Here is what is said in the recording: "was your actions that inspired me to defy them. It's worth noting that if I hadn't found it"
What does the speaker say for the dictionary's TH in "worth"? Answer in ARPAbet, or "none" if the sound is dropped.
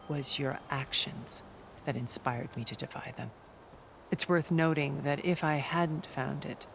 TH